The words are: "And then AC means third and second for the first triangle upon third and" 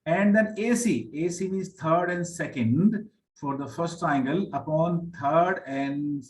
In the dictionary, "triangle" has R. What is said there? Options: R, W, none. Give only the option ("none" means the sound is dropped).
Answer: none